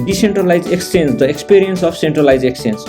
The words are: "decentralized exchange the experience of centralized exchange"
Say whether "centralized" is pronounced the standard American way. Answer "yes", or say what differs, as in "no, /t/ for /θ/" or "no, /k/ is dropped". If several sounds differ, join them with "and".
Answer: no, /d/ is dropped